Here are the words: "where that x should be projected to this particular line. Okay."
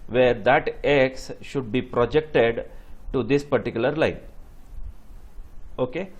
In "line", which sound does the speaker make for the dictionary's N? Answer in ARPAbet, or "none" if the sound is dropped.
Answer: N